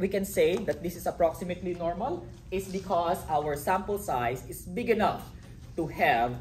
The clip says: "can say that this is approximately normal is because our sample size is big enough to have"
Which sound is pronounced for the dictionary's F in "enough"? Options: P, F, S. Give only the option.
F